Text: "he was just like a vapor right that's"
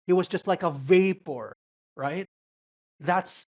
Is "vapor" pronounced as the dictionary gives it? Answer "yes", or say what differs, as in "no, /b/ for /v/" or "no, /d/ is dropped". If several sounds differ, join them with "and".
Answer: yes